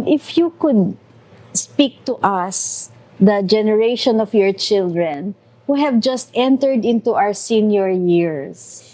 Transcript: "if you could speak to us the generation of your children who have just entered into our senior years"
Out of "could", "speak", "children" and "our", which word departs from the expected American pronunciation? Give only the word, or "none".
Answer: none